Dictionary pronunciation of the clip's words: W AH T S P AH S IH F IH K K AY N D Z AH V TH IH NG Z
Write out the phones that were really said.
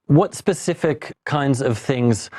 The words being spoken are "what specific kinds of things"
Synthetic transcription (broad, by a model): W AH T S P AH S IH F IH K K AY N D Z AH V TH IH NG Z